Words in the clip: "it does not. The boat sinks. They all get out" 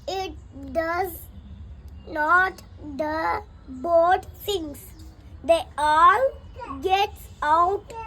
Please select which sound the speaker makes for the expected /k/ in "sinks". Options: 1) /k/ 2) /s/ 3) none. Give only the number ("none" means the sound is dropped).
3